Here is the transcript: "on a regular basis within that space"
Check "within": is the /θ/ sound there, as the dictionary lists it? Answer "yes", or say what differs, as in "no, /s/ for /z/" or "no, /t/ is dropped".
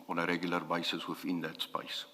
no, /f/ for /θ/